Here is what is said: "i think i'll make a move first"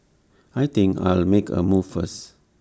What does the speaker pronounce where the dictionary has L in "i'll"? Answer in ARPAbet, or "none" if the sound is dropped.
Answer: L